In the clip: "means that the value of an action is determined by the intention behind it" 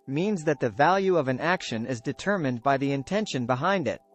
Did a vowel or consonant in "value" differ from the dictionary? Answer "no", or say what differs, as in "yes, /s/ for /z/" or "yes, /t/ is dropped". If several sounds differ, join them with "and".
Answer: no